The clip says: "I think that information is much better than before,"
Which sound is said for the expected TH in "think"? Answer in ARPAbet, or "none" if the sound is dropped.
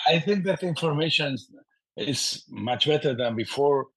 TH